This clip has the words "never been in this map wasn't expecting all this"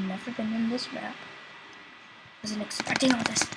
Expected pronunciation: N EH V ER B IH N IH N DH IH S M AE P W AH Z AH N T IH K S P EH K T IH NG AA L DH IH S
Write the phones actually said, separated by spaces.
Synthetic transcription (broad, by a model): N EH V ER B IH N IH N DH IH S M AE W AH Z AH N IH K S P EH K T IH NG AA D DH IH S